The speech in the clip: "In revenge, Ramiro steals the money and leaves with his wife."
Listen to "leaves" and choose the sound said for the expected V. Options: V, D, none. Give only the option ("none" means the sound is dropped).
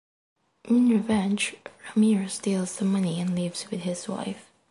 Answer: V